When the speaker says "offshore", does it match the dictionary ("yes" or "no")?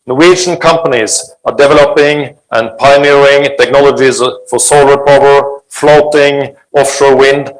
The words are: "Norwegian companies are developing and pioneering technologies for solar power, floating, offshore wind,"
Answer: yes